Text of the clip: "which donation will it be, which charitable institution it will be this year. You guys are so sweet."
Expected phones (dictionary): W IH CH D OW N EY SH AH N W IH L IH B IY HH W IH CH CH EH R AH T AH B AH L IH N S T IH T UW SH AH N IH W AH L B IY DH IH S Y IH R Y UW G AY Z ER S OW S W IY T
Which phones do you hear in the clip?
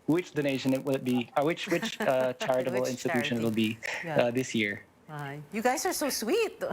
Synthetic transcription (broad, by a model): W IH CH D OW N EY SH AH N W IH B IH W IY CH W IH CH CH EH R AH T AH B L IH N S T IH T UW SH AH N W AH L B IY DH IH S Y IH R Y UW G AY Z ER S OW S W IY T